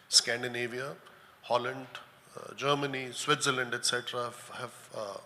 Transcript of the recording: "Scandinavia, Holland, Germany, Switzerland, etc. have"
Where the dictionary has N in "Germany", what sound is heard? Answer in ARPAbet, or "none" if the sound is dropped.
N